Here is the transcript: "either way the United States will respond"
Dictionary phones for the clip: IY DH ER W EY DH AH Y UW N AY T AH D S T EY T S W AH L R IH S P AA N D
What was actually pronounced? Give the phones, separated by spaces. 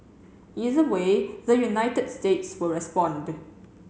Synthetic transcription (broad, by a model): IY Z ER W EY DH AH Y UW N AY T AH D S T EY T S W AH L R IH S P AA N D